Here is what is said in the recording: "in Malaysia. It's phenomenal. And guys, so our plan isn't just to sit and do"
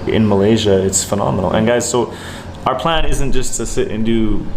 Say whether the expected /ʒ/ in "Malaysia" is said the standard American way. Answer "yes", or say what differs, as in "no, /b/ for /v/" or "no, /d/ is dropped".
yes